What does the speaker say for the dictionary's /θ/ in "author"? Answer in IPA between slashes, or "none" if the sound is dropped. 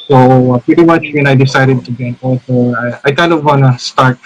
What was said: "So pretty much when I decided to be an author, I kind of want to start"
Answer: /s/